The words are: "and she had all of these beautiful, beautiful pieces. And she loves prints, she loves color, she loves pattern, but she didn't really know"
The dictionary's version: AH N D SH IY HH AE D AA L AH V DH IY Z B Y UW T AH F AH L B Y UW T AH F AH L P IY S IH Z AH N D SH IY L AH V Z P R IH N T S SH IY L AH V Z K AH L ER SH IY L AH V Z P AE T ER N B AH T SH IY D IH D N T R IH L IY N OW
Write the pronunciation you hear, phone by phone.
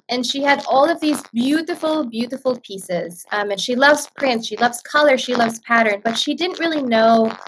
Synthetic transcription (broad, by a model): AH N SH IY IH D AA L AH V DH IY Z B Y UW T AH F L B Y UW T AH F L P IY S IH Z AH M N SH IY L AH V Z P R IH N T S SH IY L AH V Z K AH L ER SH IY L AH V Z P AE T ER N B AH T SH IY D IH D N T R IH L IY N OW